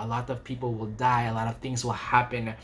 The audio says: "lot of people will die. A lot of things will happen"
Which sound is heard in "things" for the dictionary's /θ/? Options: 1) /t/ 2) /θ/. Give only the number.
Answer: 2